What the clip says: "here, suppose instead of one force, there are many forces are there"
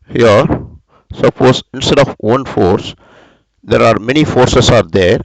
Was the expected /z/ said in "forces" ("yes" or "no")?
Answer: no